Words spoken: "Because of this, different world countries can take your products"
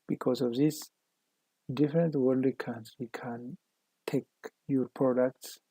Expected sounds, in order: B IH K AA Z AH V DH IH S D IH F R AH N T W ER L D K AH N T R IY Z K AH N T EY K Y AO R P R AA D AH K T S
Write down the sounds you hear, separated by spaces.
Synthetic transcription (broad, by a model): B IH K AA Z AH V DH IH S D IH F R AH N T W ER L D K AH N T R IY K AH N T EY K Y AO R P R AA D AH K T S